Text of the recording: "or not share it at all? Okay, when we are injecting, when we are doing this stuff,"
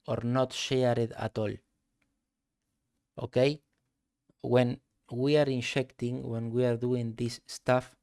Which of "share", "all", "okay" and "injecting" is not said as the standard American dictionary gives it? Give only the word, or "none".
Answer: injecting